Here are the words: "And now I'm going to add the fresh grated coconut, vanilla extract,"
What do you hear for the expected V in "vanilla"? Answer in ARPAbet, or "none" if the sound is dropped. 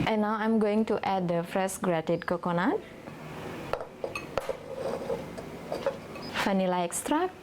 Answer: F